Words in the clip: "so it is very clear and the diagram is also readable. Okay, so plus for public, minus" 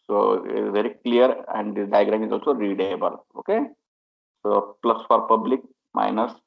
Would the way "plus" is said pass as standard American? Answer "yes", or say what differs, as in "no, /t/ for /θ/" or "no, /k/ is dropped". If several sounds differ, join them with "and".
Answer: yes